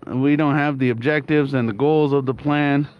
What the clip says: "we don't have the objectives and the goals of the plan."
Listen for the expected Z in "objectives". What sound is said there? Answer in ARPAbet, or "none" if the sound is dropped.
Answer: Z